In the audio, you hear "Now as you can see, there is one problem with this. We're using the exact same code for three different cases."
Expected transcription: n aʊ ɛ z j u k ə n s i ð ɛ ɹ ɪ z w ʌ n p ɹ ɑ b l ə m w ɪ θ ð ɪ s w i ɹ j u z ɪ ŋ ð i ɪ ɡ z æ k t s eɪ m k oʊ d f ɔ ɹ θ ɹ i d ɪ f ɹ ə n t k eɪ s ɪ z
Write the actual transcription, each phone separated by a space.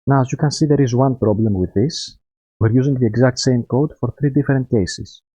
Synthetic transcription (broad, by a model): n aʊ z j u k ə n s i ð ɛ ɹ ɪ z w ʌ n p ɹ ɑ b l ə m w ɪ ð ɪ s w i ɹ j u z ɪ ŋ ð i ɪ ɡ z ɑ k t s eɪ m k oʊ d f ɔ ɹ θ ɹ i d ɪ f ɹ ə n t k eɪ s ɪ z